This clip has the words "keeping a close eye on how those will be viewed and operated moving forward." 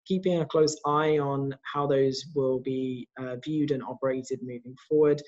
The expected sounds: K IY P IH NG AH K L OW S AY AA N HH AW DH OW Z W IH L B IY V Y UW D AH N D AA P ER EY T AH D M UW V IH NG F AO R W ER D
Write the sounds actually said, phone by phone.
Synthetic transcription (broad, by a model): K IY P IH NG AH K L OW S AY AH N HH AW DH OW Z W IH L B IY V Y UW D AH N AA P ER EY T AH D M UW V IH NG F AO W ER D